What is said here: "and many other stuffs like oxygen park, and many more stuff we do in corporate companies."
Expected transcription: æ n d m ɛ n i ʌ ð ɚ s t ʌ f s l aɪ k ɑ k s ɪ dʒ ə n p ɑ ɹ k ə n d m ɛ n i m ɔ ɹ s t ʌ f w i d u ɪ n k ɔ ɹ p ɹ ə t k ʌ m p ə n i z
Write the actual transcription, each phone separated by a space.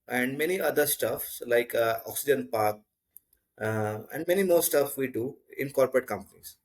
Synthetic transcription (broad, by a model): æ n d m ɛ n i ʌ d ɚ s t ʌ f s l aɪ k ɑ k s ɪ dʒ ə n p ɑ ɹ k ə n d m ɛ n i m ɔ ɹ s t ʌ f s i d u ɪ n k ɔ ɹ p ɹ ə t k ʌ m p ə n i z